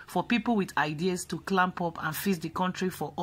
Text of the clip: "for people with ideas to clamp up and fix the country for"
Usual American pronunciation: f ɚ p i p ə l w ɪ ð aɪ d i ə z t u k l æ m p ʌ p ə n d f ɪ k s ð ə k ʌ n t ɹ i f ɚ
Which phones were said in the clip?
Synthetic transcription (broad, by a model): f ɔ p i p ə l w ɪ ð aɪ d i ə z t u k l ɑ m p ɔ p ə n f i s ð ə k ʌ n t ɹ i f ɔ